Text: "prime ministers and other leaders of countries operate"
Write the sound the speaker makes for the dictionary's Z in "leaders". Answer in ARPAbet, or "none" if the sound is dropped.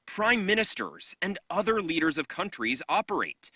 Z